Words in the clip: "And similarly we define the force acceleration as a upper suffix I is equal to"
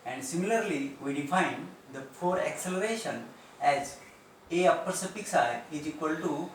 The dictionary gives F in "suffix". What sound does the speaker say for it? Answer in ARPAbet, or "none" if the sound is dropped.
P